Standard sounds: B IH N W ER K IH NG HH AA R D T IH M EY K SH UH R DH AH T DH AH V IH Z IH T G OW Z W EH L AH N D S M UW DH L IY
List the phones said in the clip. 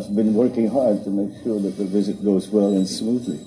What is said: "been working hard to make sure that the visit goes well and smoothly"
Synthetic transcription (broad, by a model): B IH N W ER K IH NG HH AA R D T IH M EY K SH UH R DH AH T DH AH V IH Z IH T G OW Z W EH L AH N S M UW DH L IY